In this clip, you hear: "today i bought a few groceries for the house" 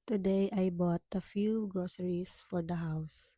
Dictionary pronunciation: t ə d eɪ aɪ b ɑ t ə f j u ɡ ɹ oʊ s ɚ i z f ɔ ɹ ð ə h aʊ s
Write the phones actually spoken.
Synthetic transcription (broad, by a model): t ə d eɪ aɪ b ɑ t ə f j u ɡ ɹ oʊ s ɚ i s f ɔ ɹ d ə h aʊ s